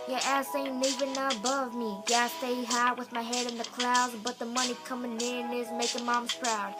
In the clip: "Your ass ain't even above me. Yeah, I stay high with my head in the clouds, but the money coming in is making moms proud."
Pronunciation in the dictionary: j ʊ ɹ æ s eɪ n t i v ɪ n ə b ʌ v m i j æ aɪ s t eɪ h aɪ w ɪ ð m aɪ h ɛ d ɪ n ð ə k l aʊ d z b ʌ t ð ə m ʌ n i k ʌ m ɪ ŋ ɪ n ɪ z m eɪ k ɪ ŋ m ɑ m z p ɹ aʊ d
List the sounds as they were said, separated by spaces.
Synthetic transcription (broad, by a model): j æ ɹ æ s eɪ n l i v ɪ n ə b ʌ v m i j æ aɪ s t eɪ h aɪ w ɪ ð m aɪ h ɛ d ɪ n ð ə k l aʊ d z b ʌ t ð ə m ʌ n i k ʌ m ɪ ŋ ɪ n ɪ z m eɪ k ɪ m ɑ m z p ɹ aʊ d